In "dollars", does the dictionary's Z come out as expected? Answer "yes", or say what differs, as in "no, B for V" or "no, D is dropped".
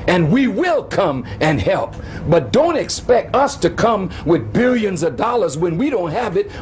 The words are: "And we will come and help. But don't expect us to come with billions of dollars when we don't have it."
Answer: yes